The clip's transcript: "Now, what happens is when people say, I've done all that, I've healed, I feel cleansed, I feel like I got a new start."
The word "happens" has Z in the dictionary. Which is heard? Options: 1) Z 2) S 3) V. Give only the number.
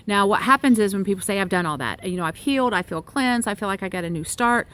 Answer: 1